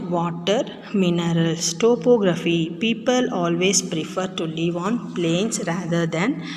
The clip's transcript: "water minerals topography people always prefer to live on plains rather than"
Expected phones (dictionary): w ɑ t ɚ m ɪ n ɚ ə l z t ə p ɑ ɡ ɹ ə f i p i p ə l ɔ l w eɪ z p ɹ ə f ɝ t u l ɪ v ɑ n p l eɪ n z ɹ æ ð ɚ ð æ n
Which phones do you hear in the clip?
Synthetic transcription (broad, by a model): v ɑ t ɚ m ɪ n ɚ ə l s t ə p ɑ ɡ ɹ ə f i p i p ə l ɔ l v eɪ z p ɹ ə f ɝ t u l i v ɑ n p l eɪ n s ɹ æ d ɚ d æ n